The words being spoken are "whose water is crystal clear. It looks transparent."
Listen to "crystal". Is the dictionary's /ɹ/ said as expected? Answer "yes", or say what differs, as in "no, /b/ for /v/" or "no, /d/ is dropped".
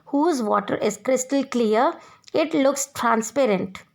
yes